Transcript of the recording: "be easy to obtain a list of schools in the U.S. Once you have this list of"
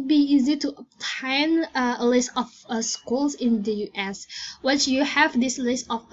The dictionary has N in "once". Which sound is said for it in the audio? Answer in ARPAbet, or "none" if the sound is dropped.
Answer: none